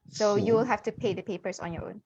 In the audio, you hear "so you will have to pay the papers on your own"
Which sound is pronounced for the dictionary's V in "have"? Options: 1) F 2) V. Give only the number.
1